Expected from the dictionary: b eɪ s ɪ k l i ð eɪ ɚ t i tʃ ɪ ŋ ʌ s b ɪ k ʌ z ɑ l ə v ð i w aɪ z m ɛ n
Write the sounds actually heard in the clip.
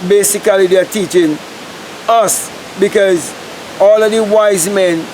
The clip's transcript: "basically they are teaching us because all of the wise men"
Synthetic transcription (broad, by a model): b eɪ s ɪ k l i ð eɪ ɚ t i tʃ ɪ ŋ ʌ s b ɪ k ʌ z ɑ l ə v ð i w aɪ z m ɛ n